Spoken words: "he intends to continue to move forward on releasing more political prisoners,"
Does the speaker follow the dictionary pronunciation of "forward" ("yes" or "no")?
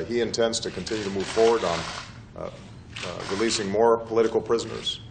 yes